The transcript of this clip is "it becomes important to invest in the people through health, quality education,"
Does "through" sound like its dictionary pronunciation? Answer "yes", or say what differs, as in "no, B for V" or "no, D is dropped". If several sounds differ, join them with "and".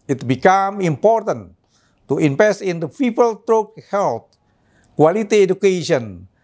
no, T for TH